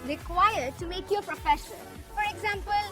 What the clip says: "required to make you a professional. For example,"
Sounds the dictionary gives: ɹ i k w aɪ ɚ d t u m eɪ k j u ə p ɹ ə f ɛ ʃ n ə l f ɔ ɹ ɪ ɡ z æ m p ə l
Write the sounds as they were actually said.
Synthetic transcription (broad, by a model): ɹ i k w aɪ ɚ d t u m eɪ k j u ə p ɹ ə f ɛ ʃ ə n f ɔ ɹ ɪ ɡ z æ m p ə l